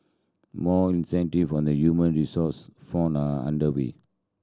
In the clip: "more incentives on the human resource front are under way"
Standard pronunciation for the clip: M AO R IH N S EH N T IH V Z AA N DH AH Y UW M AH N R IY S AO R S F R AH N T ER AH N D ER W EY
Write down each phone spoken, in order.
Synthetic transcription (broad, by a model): M AO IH N S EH N T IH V AA N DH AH Y UW M AH N R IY S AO S F AO N ER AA N D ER W EY